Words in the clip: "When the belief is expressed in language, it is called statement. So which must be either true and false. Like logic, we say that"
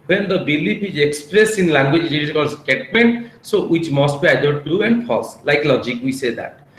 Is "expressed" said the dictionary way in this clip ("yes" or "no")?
no